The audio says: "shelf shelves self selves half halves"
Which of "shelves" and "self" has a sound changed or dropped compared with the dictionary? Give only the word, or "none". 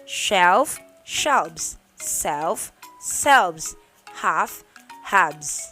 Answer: shelves